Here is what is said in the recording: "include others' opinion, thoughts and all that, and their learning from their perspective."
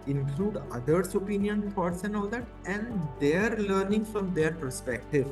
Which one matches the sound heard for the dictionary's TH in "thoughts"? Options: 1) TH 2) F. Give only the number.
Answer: 2